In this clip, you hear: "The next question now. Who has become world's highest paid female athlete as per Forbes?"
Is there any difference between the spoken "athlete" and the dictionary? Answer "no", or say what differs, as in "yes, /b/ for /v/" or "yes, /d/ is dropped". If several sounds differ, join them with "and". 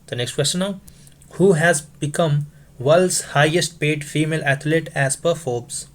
yes, /t/ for /θ/